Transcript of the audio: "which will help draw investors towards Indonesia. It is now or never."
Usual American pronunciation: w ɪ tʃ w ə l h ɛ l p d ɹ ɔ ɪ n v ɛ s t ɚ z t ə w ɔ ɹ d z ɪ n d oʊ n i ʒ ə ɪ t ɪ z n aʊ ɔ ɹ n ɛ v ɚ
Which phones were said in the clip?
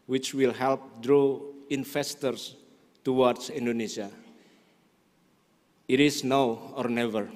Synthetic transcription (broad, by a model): w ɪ tʃ w ə l h ɛ l p d ɹ ɔ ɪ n f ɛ s t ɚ s t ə w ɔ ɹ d s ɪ n d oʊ n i s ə ɪ t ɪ s n aʊ ɔ ɹ n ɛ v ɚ